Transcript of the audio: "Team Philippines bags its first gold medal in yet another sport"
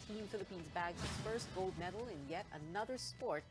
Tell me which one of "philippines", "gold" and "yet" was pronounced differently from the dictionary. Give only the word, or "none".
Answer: none